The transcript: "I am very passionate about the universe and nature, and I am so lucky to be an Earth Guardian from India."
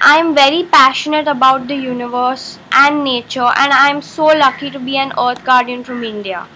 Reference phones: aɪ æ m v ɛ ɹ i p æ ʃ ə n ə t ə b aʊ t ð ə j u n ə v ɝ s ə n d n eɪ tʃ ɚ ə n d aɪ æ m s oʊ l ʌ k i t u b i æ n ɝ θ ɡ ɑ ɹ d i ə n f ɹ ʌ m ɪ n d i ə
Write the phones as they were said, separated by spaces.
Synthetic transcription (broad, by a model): aɪ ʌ m v ɛ ɹ i p æ ʃ ə n ə t ə b aʊ t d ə j u n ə v ɝ s ə n d n eɪ tʃ ɚ ə n d aɪ m s oʊ l ʌ k i t u b i æ n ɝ t ɡ ɑ ɹ d i ə n f ɹ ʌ m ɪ n d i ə